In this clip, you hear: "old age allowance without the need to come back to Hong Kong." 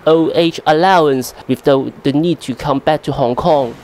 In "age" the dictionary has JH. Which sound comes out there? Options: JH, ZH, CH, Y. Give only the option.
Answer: CH